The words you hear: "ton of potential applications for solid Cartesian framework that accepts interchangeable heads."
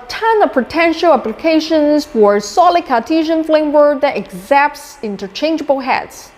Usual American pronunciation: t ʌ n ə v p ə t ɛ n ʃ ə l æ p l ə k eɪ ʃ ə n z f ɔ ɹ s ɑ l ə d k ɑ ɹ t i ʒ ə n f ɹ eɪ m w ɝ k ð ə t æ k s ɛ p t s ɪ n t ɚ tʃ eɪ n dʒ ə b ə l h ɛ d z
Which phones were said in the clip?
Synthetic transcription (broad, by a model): t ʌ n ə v p ə t ɛ n ʃ ə l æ p l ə k eɪ ʃ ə n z f ɔ ɹ s ɑ l ə d k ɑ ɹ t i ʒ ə n f l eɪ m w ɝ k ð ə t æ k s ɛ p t s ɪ n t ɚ tʃ eɪ n dʒ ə b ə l h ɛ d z